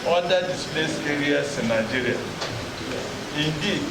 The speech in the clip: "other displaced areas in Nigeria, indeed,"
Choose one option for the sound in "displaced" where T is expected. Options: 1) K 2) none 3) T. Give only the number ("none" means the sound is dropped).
2